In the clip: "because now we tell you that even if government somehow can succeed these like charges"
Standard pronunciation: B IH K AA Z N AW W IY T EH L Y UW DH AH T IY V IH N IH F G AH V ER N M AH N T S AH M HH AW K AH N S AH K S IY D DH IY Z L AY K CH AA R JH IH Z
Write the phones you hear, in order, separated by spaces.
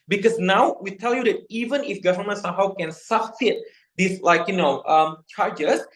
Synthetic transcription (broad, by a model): B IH K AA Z N AW W IY T EH L Y UW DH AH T IY V IH N IH F G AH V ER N M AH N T S AH M HH AW K AH N S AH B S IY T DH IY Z L AY K CH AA R JH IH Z